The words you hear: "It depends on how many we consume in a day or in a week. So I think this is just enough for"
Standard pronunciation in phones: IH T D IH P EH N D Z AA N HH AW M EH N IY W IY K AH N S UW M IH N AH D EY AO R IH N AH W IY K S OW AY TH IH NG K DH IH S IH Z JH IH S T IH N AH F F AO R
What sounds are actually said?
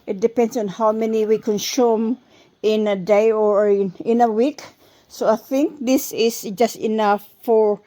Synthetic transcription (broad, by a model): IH T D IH P EH N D S AA N HH AW M EH N IY W IY K AH N S UW M IH N AH D EY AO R IH N AH W IY K S OW AY TH IH NG K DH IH S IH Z JH IH S T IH N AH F F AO R